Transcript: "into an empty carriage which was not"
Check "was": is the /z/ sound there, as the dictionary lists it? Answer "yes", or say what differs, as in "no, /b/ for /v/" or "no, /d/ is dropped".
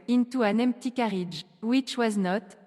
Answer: yes